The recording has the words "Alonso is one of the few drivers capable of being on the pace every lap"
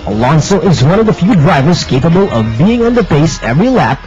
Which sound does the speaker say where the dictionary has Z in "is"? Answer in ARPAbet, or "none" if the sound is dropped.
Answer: Z